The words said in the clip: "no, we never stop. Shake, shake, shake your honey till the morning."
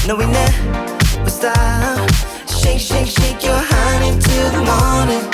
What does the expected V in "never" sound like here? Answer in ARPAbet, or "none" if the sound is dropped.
W